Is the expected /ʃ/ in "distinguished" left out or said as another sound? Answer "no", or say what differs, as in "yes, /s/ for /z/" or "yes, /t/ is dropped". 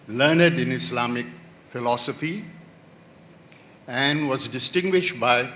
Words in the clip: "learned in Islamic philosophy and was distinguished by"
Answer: no